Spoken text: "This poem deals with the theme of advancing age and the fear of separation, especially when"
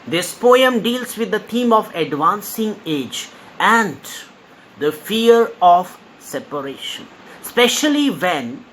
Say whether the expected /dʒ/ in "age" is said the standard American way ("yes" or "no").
yes